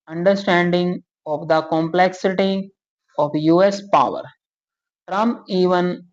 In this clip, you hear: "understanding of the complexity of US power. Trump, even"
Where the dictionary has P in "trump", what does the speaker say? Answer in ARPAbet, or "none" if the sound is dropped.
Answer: none